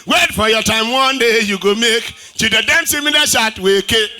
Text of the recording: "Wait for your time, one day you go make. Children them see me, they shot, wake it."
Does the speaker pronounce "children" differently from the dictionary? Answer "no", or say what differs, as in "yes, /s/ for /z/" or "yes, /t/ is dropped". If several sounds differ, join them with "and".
yes, /l/ is dropped and /ɹ/ is dropped